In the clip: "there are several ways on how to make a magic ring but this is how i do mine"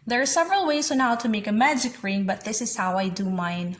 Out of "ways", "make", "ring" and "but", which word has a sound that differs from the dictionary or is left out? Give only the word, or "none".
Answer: none